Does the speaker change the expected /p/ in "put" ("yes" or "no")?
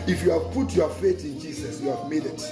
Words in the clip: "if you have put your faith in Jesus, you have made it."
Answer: no